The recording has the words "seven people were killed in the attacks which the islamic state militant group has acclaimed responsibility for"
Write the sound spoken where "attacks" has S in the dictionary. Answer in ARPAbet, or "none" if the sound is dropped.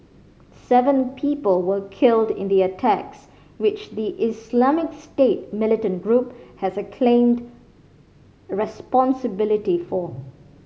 S